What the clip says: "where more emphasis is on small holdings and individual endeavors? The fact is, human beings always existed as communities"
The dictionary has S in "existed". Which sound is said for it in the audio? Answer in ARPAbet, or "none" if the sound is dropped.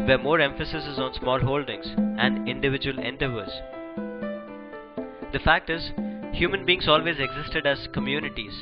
S